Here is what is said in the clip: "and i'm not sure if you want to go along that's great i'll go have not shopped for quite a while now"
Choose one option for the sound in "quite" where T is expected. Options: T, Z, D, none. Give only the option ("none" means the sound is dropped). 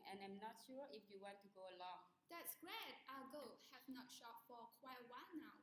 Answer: none